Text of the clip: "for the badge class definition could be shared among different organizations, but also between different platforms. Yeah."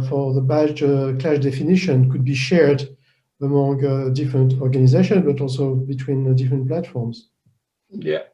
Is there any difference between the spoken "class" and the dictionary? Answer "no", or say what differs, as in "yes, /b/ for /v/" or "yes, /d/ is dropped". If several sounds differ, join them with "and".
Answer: yes, /ʃ/ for /s/